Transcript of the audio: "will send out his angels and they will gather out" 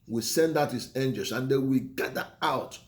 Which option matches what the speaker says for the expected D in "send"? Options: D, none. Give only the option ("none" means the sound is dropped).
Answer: D